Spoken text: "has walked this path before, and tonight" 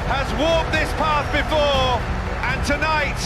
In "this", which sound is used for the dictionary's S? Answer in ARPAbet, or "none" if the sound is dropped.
S